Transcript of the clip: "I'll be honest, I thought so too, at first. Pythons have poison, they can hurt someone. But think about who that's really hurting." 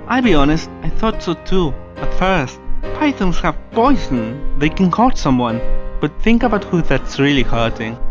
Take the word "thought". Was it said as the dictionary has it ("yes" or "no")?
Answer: yes